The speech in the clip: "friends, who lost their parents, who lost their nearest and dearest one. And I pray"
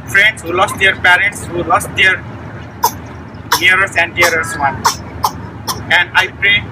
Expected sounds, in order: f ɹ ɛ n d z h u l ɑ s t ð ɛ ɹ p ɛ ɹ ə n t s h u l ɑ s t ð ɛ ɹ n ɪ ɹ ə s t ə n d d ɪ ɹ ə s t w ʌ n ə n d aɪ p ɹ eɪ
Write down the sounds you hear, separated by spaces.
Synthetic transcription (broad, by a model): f ɹ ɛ n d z h u l ɑ s t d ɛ ɹ p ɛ ɹ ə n t s h u l ɑ s t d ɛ ɹ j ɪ ɹ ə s ə n d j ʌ ɹ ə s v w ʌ n ə n d aɪ p ɹ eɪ